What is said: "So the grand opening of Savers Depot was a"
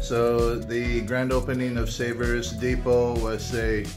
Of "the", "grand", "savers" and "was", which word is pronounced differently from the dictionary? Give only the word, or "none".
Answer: none